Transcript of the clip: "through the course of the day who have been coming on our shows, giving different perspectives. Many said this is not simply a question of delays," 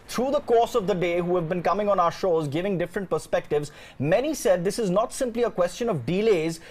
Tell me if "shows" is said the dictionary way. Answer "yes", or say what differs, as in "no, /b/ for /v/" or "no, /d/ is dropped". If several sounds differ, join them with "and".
yes